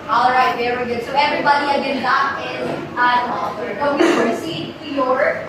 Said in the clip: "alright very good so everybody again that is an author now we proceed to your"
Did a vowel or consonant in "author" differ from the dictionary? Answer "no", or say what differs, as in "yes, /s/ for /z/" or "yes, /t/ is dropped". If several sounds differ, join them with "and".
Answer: yes, /f/ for /θ/